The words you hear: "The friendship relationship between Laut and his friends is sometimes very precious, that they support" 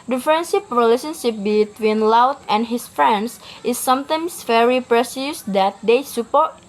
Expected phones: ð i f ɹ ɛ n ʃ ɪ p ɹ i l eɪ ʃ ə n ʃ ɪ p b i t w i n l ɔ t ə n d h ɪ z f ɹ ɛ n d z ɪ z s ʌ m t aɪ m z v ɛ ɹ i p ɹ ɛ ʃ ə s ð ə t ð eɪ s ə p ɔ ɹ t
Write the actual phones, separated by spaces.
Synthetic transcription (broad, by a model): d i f ɹ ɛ n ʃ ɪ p ɹ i l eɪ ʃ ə n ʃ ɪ p b i t w i n l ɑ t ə n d h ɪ s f ɹ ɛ n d s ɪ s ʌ m t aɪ m s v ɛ ɹ i p ɹ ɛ s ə s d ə t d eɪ s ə p ɔ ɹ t